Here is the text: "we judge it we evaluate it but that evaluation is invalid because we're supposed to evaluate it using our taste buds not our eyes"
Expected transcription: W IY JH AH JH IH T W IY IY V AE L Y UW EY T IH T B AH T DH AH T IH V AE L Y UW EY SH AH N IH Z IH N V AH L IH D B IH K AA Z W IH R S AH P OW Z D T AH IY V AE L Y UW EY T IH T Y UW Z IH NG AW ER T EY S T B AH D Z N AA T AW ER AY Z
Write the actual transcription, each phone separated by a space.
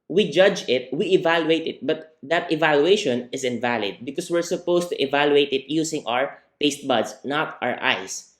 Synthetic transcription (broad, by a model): W IY JH AH JH IH T W IY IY V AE L Y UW EY T IH T B AH T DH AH T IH V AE L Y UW EY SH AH N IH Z IH N V AH L IH D B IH K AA S W IH R S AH P OW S T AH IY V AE L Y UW EY T IH T Y UW S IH NG AW ER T EY S T B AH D S N AA T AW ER AY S